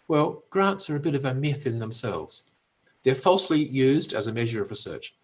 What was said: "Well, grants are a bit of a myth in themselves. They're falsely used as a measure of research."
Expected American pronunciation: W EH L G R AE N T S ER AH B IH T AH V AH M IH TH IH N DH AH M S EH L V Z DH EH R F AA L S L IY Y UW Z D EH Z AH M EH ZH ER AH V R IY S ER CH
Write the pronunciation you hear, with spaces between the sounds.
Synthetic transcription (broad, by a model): W EH L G R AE N T S ER AH B IH T AH V AH M IH TH IH N DH AH M S EH L V Z DH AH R F AA L S L IY Y UW Z D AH Z AH M EH ZH ER AH V R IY S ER CH